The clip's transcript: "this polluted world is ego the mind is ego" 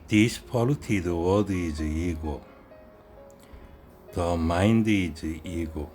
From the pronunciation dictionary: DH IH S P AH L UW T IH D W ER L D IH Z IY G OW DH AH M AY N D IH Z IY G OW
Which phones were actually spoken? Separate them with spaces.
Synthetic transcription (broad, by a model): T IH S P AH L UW T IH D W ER D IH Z IY G OW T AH M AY N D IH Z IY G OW